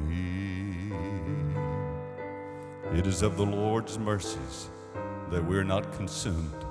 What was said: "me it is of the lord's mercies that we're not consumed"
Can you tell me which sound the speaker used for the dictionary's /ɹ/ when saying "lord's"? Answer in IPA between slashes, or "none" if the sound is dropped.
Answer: /ɹ/